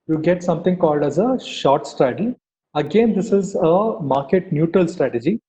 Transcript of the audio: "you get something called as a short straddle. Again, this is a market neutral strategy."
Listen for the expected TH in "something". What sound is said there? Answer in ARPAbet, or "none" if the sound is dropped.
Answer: T